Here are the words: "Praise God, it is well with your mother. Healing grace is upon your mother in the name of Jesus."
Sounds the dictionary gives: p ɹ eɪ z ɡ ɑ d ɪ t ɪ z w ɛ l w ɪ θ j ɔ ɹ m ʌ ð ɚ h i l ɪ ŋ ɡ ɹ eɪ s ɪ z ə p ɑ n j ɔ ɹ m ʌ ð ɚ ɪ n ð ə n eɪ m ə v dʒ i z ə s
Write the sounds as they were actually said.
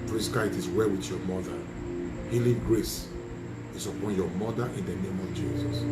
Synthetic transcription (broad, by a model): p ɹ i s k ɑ ɪ t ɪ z w ɛ l w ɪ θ j ɔ m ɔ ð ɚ h i l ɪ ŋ ɡ ɹ eɪ s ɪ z ə p ɑ n j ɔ m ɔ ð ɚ ɪ n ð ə n eɪ m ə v dʒ i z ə s